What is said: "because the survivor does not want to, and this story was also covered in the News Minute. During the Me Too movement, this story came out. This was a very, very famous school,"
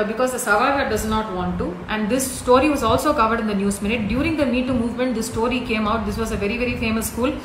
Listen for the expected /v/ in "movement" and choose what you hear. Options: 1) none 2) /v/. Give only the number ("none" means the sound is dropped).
2